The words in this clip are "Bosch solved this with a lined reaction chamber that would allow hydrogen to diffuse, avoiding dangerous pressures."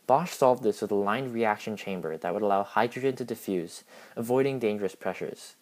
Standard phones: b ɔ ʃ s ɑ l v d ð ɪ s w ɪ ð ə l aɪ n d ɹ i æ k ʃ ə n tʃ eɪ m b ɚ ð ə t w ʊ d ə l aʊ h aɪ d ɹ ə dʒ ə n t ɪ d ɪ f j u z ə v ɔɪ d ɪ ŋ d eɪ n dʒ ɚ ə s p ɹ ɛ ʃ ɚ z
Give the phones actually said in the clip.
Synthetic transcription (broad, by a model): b ɔ ʃ s ɑ l v d ð ɪ s w ɪ ð ə l aɪ n ɹ i æ k ʃ ə n tʃ eɪ m b ɚ ð ə t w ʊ d ə l aʊ h aɪ d ɹ ə dʒ ə n t ɪ d ɪ f j u z ə v ɔɪ d ɪ ŋ d eɪ n dʒ ɚ ə s p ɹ ɛ ʃ ɚ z